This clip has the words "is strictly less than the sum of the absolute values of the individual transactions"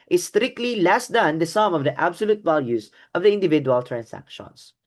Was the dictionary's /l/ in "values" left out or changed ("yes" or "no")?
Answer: no